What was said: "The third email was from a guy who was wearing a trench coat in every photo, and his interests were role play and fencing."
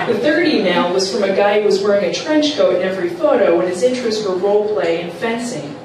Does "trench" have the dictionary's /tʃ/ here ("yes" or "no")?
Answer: yes